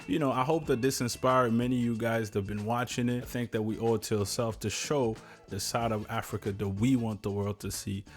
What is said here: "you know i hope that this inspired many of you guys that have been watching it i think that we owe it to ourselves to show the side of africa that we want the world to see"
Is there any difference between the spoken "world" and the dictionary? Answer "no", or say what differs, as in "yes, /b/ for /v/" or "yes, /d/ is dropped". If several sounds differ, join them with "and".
no